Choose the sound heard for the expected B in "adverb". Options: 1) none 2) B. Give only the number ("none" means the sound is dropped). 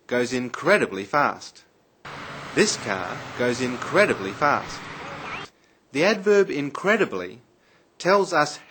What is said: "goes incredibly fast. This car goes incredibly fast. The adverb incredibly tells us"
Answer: 2